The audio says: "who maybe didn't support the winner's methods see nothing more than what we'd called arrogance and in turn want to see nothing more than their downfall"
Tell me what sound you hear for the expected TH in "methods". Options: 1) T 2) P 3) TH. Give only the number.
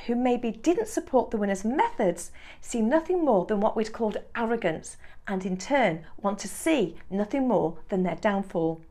3